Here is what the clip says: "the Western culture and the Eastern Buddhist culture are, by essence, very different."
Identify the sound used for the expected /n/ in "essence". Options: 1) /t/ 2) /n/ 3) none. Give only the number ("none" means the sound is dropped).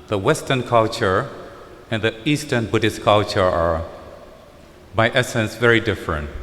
2